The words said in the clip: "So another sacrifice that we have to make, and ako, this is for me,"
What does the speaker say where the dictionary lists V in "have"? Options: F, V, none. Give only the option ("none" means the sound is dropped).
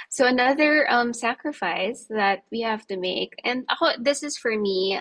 F